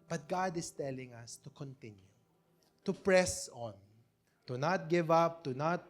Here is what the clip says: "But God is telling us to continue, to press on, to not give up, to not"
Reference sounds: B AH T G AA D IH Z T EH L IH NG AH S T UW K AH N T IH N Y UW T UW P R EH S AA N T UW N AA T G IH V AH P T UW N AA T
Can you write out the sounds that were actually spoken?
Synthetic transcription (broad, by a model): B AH T G AA D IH S T EH L IH NG AH S T UW K AH N T IH N Y UW T UW P R EH S AA N T UW N AA T G IH V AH P T UW N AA T